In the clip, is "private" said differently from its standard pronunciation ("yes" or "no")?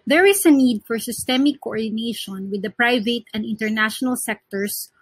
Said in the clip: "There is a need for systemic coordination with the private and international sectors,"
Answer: no